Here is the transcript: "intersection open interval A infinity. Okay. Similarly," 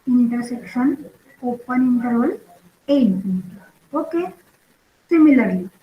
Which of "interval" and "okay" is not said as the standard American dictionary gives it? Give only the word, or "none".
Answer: interval